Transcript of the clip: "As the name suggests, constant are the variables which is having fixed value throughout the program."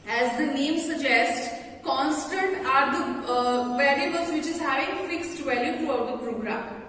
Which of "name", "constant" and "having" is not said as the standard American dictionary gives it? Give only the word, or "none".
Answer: having